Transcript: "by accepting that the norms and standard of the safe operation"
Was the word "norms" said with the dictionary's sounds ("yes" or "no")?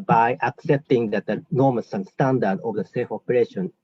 no